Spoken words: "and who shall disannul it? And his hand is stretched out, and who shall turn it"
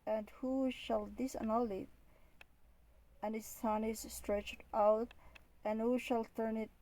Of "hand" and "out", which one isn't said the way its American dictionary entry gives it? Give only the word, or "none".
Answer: hand